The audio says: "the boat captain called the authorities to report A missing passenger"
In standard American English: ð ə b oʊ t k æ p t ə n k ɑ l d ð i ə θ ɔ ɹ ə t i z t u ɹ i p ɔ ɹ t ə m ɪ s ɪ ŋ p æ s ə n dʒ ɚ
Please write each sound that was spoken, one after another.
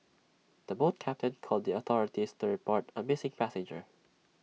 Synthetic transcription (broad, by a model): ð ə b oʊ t k æ p t ə n k ɑ l d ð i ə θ ɔ ɹ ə t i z t u ɹ i p ɔ ɹ t ə m ɪ s ɪ ŋ p æ s ə n dʒ ɚ